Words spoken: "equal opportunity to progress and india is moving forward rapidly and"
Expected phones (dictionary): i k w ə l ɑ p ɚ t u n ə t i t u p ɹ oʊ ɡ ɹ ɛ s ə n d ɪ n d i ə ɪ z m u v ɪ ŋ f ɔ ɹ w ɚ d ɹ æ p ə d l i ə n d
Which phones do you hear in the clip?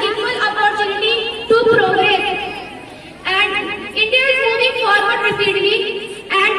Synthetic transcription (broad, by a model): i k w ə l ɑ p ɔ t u n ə t i t u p ɹ oʊ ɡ ɹ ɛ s ə n d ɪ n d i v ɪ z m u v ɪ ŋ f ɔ ɹ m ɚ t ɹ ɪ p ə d i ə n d